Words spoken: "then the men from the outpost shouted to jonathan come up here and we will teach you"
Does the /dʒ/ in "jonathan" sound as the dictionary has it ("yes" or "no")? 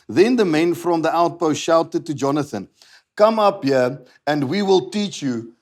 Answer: yes